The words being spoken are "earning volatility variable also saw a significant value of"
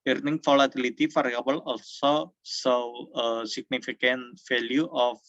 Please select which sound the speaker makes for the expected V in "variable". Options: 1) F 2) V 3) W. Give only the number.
1